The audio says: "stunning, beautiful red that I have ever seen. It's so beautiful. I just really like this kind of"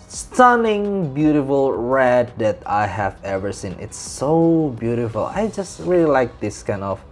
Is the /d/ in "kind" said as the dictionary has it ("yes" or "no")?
yes